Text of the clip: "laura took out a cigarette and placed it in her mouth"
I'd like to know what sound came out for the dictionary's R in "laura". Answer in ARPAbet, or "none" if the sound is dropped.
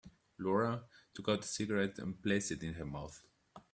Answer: R